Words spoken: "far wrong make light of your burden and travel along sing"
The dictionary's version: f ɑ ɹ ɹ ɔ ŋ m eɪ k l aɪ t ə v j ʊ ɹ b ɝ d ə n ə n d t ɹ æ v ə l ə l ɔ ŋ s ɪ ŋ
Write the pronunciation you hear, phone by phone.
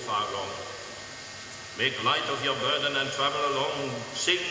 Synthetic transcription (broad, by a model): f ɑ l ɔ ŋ m eɪ k l aɪ t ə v j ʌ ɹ b ɝ d ə n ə n t ɹ æ v ə l ə l ɔ ŋ s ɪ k